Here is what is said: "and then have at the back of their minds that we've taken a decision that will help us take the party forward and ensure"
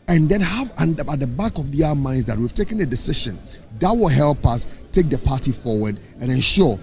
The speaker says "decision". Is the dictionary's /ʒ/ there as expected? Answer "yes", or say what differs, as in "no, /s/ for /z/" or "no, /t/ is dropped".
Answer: no, /ʃ/ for /ʒ/